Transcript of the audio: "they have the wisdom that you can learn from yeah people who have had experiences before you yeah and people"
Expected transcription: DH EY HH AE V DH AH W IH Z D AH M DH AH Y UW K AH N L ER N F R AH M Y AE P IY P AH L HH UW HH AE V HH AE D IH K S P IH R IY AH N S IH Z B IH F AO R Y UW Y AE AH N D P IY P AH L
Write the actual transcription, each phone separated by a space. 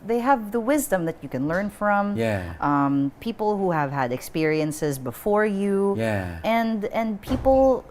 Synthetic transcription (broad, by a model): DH EY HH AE V DH AH W IH Z D AH M DH AH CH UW K AH N L ER N F R AH M Y AE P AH P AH L HH UW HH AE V HH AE D IH K S P IH R IY AH N S IH Z B IH F AO R Y UW Y AE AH N D P IY P L